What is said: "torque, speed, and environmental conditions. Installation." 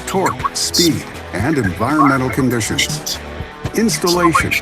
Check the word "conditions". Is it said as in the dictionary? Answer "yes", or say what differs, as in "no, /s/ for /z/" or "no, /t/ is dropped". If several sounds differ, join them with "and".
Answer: yes